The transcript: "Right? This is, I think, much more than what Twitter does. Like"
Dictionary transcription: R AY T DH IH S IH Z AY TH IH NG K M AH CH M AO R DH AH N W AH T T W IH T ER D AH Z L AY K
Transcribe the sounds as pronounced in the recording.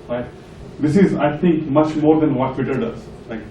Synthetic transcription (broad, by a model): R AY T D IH S IH Z AY T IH NG K M AH CH M AO R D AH N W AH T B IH T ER D AH Z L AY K